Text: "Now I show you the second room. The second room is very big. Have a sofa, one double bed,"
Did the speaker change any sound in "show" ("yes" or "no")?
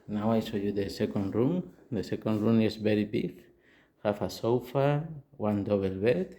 yes